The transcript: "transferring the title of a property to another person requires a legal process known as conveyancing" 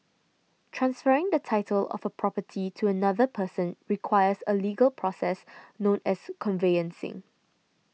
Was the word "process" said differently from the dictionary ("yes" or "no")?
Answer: no